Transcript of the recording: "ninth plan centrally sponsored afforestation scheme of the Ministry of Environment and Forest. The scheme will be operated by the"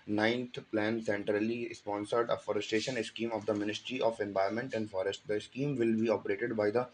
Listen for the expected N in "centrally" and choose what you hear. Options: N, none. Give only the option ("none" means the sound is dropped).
N